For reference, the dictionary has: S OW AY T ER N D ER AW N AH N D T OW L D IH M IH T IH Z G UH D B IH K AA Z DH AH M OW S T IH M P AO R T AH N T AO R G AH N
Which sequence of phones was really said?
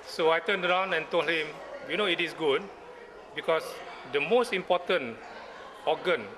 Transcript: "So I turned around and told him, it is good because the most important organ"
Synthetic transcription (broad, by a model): S OW AY T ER N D ER AW N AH N T OW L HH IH M IH T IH S G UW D B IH K AA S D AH M OW S T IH M P AO T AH N AO G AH N